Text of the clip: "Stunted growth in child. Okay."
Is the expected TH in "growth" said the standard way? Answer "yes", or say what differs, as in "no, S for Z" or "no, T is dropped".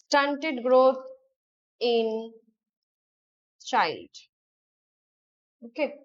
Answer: no, T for TH